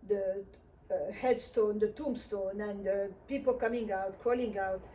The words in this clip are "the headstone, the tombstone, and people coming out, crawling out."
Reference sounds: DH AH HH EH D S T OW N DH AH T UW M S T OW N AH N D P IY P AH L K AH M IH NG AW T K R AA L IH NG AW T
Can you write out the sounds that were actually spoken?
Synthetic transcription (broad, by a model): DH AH HH EH D S T OW N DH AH T UW M S T OW N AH N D P IY P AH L K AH M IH NG AW T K AA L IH NG AW T